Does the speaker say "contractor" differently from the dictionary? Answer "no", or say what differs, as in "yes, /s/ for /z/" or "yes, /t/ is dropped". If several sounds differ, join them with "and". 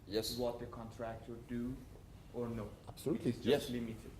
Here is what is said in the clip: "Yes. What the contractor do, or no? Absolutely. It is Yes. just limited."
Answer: no